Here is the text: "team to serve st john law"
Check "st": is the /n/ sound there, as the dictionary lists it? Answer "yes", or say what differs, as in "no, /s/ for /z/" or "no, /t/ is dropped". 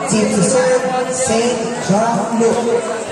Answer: no, /n/ is dropped